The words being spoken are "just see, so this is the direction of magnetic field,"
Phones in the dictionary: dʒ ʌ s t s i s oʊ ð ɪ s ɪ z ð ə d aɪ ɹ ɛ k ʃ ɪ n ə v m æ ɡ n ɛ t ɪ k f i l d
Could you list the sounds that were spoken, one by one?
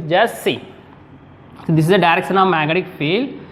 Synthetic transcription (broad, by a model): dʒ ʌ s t s i s oʊ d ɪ s ɪ z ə d aɪ ɹ ɛ k ʃ ɪ n ə v m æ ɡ ɛ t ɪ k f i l